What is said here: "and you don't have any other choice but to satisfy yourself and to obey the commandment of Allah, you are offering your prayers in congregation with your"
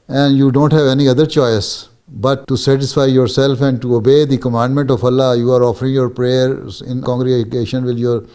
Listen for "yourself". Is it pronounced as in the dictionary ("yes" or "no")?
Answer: yes